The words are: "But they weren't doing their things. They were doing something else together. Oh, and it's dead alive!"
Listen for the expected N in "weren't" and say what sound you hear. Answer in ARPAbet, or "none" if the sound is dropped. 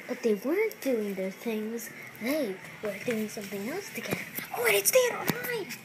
N